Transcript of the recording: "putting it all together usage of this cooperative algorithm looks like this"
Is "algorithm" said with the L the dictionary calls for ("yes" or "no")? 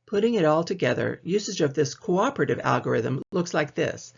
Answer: yes